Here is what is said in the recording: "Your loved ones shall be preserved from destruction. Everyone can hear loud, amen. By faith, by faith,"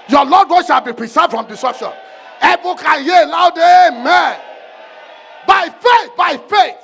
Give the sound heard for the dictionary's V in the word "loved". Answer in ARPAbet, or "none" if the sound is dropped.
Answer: none